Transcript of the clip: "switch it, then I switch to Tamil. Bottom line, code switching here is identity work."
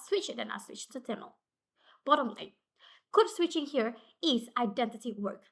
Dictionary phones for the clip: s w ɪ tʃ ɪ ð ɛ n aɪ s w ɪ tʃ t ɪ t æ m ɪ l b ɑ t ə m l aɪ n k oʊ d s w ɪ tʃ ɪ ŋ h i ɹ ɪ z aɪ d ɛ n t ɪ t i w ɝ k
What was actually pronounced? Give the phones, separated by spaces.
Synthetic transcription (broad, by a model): s w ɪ tʃ ɪ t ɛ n aɪ s w ɪ tʃ t ɪ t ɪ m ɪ l b ɑ t ə m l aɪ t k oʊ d s w ɪ tʃ ɪ ŋ h i ɹ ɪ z aɪ d ɛ n t ɪ t i w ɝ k